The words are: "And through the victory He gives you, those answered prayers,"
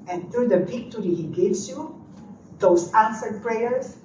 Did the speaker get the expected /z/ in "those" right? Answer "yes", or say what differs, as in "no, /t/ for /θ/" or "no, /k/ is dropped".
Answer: no, /s/ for /z/